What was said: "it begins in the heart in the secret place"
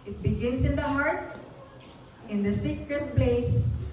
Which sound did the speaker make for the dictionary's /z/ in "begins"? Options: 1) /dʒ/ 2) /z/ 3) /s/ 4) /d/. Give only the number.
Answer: 3